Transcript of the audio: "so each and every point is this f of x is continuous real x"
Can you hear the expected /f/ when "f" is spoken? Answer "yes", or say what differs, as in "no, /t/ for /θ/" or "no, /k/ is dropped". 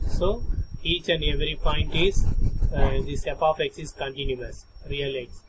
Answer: no, /p/ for /f/